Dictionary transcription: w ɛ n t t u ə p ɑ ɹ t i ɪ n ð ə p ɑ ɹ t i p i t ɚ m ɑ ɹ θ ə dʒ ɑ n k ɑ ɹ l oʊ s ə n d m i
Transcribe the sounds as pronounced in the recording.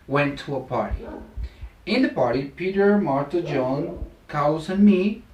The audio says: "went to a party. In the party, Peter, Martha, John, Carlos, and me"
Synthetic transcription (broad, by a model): w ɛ n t t u ə p ɑ ɹ t i ɪ n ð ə p ɑ ɹ t i p i t ɚ m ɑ ɹ t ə dʒ ɑ n k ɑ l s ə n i